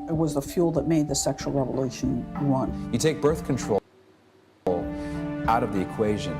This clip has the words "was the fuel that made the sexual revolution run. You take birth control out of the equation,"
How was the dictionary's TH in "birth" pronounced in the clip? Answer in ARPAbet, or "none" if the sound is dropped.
TH